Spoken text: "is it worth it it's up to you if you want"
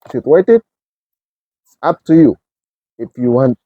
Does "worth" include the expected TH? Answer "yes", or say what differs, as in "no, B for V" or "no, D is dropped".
no, T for TH